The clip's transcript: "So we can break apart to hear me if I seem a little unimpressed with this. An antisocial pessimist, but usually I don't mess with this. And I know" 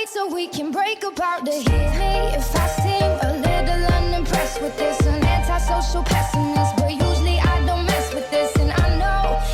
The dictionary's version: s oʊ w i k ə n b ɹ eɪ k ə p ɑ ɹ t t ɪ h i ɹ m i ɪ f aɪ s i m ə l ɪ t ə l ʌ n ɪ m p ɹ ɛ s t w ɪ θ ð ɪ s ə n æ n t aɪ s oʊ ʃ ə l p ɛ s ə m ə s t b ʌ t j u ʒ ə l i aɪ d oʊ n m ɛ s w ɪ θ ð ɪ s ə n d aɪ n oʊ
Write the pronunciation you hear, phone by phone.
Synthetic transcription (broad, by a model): s oʊ w i k ə n b ɹ eɪ k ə b ɑ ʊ t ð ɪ h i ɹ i ɪ f aɪ s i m ə l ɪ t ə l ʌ n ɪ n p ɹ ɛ s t w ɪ ð ɪ s ə n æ n t aɪ s oʊ ʃ l p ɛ s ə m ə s b ʌ t j u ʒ l i aɪ d oʊ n m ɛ s w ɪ ð ɪ s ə n aɪ n oʊ